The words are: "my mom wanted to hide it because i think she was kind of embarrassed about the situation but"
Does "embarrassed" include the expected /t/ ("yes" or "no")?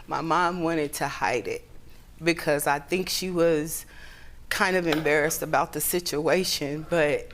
yes